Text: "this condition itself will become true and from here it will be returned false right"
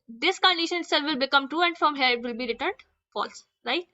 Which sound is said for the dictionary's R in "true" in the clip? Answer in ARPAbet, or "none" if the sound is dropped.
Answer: none